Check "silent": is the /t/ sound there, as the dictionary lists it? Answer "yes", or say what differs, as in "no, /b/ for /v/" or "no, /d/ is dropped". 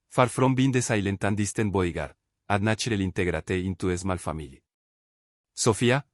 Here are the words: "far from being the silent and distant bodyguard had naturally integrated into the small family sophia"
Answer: yes